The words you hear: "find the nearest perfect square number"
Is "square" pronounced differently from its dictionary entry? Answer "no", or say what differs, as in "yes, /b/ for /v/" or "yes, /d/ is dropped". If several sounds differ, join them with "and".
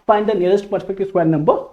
yes, /k/ is dropped